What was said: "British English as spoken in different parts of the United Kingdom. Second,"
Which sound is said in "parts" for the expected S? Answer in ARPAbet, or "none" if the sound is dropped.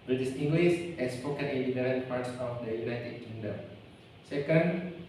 S